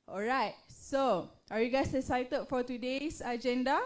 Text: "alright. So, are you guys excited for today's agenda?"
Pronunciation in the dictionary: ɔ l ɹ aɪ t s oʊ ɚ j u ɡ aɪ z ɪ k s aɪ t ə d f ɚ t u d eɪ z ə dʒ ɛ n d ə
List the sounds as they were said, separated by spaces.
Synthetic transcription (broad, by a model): ɔ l ɹ aɪ t s oʊ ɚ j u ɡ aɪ s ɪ s aɪ t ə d f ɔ t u d eɪ s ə dʒ ɛ n d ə